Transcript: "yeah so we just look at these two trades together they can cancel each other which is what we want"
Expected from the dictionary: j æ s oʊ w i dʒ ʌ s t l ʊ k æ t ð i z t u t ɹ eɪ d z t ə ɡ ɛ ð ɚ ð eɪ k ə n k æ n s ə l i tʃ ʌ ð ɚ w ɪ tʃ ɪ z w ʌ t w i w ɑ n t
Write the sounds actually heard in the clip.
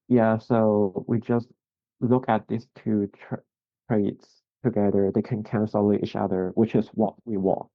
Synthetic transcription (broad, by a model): j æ s oʊ w i dʒ ʌ s t l ʊ k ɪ t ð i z t u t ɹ eɪ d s t ə ɡ ɛ ð ɚ ð eɪ k ə n k æ n s ə l i tʃ ʌ ð ɚ w ɪ tʃ ɪ z w ʌ t w i w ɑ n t